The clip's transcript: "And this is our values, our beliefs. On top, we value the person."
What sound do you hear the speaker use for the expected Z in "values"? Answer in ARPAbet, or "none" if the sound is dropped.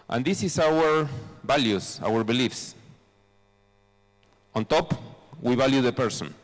S